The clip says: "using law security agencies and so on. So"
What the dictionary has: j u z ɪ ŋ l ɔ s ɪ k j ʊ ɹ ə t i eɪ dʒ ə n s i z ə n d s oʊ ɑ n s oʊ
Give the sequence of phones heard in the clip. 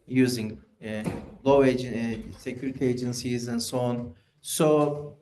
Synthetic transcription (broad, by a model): j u z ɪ ŋ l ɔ s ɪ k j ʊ ɹ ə t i eɪ dʒ ə n s i z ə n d s oʊ ɑ n s oʊ